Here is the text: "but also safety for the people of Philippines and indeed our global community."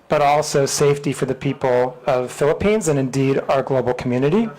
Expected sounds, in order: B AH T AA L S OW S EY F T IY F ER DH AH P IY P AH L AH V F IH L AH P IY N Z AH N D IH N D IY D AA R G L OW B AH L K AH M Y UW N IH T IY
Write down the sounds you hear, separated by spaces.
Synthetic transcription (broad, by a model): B AH T AA L S OW S EY F T IY F ER DH AH P IY P L AH V F IH L AH P IY N Z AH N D IH N D IY D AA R G L OW B L K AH M Y UW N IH T IY